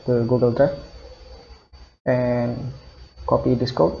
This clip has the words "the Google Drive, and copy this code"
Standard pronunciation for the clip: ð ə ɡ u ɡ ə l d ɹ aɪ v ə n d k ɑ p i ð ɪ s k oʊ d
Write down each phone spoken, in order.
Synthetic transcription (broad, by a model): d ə ɡ u ɡ ə l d ɹ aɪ f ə n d k ɑ p i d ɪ s k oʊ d